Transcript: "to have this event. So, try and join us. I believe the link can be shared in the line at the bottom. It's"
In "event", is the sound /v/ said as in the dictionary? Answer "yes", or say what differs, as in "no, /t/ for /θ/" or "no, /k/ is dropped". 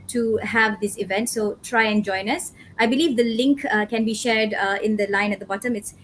yes